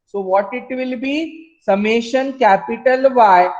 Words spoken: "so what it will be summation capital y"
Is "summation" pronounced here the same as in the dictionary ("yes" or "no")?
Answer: yes